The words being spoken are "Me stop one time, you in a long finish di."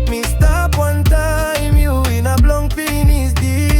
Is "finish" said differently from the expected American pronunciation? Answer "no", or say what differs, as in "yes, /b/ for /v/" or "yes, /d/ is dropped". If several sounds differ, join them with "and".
yes, /s/ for /ʃ/